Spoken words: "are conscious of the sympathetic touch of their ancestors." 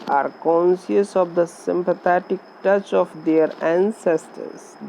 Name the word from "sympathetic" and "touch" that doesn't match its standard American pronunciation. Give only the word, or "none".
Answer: sympathetic